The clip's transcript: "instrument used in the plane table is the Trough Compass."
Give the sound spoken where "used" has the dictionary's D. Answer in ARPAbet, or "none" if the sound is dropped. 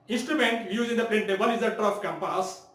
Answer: none